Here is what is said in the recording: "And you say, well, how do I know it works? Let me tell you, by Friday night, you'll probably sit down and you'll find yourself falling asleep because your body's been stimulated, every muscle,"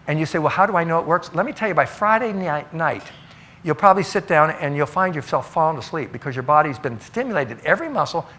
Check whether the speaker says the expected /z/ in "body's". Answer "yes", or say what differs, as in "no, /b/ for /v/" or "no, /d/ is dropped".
yes